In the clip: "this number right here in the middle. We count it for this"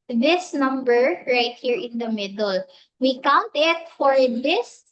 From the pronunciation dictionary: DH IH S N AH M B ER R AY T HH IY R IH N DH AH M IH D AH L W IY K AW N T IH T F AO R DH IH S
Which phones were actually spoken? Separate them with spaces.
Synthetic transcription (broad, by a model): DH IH S N AH M B ER R AY T HH IY R IH N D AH M IH D AH L W IY K AW N T IH T F AO R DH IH S